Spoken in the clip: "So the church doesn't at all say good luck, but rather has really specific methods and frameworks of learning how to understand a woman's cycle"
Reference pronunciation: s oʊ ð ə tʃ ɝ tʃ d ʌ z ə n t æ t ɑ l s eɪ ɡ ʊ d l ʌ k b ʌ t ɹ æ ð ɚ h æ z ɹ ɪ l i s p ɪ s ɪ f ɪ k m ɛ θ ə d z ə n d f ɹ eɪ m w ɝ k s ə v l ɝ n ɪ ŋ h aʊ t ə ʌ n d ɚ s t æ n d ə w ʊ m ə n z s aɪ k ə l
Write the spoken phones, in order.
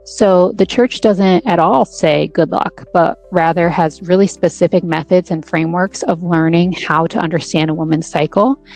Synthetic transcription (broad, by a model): s oʊ ð ə tʃ ɝ tʃ d ʌ z ə n t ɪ t ɑ l s eɪ ɡ ʊ d l ʌ k b ʌ t ɹ æ ð ɚ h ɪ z ɹ ɪ l i s p ɪ s ɪ f ɪ k m ɛ θ ə d z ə n f ɹ eɪ m w ɝ k s ə v l ɝ n ɪ ŋ h aʊ t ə ʌ n d ɚ s t æ n d ə w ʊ m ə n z s aɪ k l